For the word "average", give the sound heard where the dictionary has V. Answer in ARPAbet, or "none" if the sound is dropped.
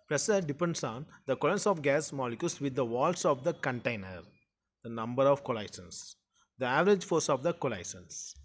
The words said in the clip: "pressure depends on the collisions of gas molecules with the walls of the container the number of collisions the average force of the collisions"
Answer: V